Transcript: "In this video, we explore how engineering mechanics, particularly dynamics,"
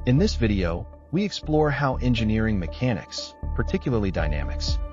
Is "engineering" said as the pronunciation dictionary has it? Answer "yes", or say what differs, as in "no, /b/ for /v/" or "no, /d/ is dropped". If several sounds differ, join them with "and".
yes